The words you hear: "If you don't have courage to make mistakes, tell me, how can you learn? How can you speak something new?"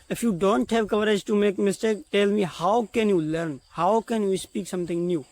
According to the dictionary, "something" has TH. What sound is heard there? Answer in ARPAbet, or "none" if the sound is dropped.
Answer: T